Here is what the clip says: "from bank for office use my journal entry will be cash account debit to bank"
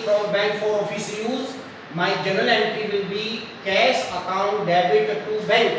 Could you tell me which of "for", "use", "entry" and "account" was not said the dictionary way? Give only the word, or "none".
entry